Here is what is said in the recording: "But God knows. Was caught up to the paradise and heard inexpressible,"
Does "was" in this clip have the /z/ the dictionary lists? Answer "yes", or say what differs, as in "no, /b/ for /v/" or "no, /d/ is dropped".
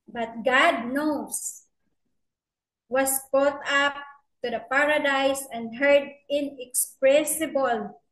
no, /s/ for /z/